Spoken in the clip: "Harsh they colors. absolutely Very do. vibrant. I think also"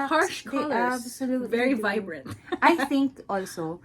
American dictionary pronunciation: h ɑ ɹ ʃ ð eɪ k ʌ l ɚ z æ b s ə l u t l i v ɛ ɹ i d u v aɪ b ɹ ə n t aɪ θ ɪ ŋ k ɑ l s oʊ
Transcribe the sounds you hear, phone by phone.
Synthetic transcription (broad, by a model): h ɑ ɹ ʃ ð k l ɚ æ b s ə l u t v ɛ ɹ i v aɪ b ɹ ə n t aɪ θ ɪ ŋ k ɑ l s oʊ